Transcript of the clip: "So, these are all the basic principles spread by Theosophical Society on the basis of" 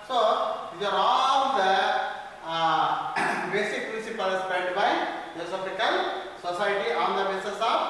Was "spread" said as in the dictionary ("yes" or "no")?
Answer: no